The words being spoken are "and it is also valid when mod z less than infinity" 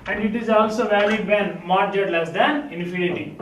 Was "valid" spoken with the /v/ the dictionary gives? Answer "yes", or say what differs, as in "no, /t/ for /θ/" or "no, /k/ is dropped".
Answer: yes